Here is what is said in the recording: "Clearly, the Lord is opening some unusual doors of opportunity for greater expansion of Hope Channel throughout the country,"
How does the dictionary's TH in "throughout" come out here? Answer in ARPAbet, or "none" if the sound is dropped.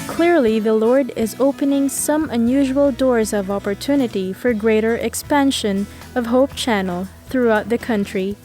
TH